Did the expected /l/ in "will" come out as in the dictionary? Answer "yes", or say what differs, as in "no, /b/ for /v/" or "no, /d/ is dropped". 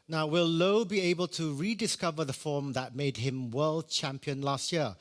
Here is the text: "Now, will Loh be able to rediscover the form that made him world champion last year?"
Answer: yes